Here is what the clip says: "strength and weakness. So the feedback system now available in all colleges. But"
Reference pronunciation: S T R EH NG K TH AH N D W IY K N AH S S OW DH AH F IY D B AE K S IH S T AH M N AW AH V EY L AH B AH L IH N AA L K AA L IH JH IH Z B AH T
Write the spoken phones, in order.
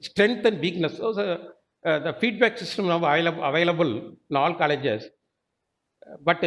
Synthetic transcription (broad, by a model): S T R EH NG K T AH N D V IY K N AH S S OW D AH F IY D B AE K S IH S T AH M L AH AH V EY L AH B AH L IH N AA L K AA L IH JH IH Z B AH T